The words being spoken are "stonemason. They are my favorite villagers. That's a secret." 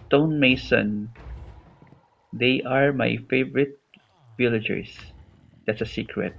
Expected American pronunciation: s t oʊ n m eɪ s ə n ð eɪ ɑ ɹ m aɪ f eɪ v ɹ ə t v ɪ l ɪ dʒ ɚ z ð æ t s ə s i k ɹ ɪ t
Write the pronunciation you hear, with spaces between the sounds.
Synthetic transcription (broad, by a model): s t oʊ n m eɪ s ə n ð eɪ ɑ ɹ m aɪ f eɪ v ɹ ə t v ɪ l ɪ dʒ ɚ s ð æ t s ə s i k ɹ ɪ t